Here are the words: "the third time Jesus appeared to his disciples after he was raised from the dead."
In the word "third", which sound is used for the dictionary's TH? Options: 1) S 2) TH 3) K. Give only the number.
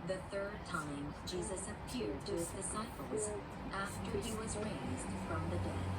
2